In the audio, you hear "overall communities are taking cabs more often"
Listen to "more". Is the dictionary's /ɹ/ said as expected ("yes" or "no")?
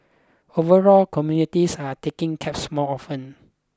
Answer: no